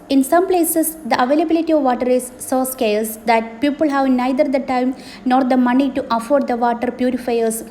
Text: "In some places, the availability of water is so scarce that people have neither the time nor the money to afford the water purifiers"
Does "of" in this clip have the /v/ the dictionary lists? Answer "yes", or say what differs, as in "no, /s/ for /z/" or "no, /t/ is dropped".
yes